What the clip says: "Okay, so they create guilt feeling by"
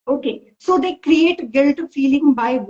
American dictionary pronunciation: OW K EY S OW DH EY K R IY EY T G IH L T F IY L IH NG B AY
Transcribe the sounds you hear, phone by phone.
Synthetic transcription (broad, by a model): OW K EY S OW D EY K R IY EY T G IH L T F IY L IH NG B AY